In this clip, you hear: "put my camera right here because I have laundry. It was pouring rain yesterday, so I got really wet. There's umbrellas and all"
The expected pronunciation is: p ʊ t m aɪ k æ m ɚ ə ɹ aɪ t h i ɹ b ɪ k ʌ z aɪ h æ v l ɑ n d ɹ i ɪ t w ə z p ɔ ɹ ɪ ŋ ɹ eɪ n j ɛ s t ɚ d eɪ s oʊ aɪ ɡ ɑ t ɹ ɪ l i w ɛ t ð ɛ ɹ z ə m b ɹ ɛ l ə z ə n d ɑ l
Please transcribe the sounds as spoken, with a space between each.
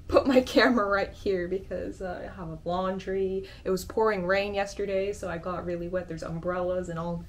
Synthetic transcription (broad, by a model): p ʊ t m aɪ k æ m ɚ ɹ aɪ t h i ɹ b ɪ k ʌ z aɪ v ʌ b l ɑ n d ɹ i ɪ t w ə z p ɔ ɹ ɪ ŋ ɹ eɪ n j ɛ s t ɚ d eɪ s oʊ aɪ ɡ ɑ t ɹ ɪ l i w ɛ t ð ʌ ɹ z ə m b ɹ ɛ l ə z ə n ɑ l